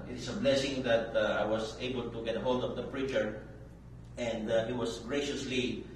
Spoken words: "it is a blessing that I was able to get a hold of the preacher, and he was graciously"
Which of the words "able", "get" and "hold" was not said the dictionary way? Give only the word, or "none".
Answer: none